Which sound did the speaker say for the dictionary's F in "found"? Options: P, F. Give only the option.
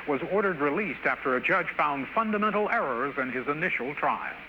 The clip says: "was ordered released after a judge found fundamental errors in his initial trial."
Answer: F